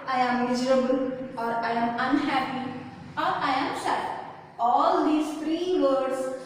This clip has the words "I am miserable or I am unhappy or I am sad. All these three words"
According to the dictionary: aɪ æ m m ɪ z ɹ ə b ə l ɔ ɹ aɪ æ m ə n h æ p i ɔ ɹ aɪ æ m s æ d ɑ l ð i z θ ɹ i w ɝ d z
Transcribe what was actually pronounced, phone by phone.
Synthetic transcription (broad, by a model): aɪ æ m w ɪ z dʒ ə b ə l ɔ ɹ aɪ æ m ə n h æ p i ɔ ɹ aɪ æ m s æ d ɑ l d i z t ɹ i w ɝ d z